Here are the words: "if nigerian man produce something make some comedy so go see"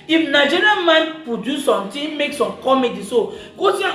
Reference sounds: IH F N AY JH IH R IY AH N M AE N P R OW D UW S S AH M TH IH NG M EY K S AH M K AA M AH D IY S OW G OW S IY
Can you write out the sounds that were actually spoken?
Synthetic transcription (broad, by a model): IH F N AY JH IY R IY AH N M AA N P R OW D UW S S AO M T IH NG M EY K S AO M K AA M AH D IY S OW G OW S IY